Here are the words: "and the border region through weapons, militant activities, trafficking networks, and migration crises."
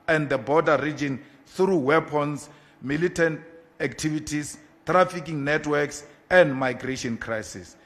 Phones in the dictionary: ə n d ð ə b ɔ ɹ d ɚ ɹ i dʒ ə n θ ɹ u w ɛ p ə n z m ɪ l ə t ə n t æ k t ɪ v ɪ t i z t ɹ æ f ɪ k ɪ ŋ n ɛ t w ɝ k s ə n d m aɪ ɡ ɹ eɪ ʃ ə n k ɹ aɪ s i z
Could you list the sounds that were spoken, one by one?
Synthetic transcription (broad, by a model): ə n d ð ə b ɔ d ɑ ɹ i dʒ ə n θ ɹ u w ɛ p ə n s m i l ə t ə n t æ k t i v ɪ t i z t ɹ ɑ f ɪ k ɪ ŋ n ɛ t w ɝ k s ə n d m aɪ ɡ ɹ eɪ ʃ ə n k ɹ aɪ s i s